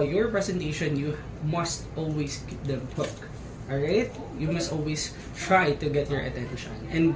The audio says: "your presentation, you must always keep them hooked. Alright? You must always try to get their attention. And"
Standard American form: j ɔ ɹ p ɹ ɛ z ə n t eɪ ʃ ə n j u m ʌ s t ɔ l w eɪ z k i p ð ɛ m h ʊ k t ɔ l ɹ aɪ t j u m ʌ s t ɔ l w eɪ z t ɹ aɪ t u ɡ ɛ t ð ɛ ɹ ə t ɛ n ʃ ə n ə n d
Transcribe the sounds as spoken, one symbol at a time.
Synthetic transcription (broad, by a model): j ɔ ɹ p ɹ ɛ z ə n t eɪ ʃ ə n j u m ʌ s t ɔ l w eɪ s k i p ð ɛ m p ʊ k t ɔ ɹ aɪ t j u m ʌ s t ɔ l w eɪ s t ɹ aɪ t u ɡ ɛ t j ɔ ɹ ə t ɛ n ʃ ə n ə n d